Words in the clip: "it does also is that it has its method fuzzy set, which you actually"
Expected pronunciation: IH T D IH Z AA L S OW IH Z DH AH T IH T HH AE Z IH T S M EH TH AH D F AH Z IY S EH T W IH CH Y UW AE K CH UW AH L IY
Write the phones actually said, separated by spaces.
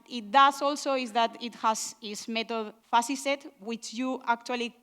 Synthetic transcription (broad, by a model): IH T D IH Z AA L S OW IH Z DH AH T IH T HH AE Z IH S M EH T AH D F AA S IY S EH T W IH CH Y UW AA K CH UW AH L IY